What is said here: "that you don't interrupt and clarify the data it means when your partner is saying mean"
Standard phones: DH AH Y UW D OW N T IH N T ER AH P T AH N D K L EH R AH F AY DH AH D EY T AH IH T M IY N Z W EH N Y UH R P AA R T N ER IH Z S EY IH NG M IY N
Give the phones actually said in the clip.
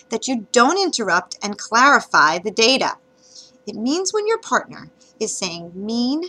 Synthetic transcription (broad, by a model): DH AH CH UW D OW N T IH N T ER AH P T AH N K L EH R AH F AY DH AH D EY T AH IH T M IY N Z W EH N Y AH R P AA R T N ER IH Z S EY IH NG M IY N